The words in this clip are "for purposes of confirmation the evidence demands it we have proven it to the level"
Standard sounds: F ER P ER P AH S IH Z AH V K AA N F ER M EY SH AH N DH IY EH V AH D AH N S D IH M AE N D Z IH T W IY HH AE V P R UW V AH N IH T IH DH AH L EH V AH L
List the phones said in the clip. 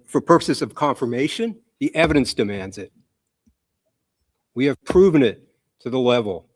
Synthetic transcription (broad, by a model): F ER P ER P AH S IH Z AH V K AA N F ER M EY SH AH N DH IY EH V AH D AH N S D IH M AE N D Z IH T W IY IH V P R UW V AH N IH T IH DH AH L EH V L